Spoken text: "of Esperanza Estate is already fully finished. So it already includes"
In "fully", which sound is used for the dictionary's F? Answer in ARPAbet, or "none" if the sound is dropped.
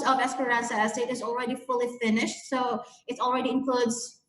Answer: F